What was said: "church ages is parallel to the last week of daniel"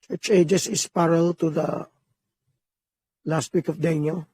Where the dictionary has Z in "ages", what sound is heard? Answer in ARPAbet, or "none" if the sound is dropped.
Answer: S